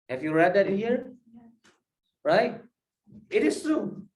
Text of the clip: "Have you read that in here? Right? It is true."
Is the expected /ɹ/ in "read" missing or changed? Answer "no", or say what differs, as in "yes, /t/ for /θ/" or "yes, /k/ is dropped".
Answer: no